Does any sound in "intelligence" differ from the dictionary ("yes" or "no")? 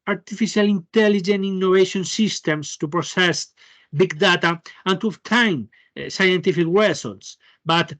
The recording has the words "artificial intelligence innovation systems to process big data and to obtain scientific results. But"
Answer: yes